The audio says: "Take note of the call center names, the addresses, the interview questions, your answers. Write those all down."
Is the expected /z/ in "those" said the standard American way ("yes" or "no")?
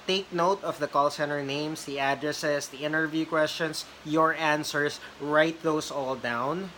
no